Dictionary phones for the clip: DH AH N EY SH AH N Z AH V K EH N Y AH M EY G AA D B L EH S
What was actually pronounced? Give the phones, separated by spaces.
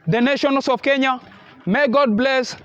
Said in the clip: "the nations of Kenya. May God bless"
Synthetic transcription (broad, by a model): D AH N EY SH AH N S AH F K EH N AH M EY G AA D B L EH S